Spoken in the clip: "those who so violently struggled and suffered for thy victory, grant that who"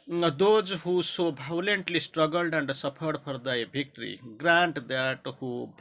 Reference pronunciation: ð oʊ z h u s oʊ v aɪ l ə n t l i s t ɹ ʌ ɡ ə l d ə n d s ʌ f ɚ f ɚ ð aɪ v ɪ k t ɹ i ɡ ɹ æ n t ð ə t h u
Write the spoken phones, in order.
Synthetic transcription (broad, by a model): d oʊ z h u s oʊ b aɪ l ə n t l i s t ɹ ʌ ɡ ə l d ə n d s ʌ p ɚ p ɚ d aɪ b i k t ɹ i ɡ ɹ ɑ n t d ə t h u